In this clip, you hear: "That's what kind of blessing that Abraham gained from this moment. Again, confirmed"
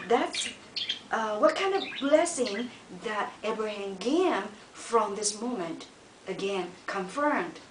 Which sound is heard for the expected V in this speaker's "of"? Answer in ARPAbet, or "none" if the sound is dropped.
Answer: V